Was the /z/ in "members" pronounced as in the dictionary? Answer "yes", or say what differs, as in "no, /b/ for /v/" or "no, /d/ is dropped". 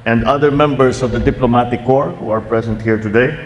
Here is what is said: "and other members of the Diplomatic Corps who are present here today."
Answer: no, /s/ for /z/